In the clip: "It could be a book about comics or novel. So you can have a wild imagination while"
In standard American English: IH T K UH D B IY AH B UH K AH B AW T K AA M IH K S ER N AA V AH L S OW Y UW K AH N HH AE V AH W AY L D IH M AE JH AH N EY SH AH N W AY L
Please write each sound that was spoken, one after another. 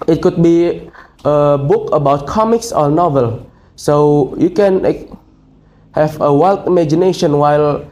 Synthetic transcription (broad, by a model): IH T K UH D B IY AH B UH K AH B AW T K AA M IH K S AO N AA V AH L S OW Y UW K AH N HH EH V AH W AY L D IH M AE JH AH N EY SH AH N W AY L